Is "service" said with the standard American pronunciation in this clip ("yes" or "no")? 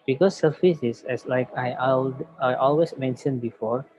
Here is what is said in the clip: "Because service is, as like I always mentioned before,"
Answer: no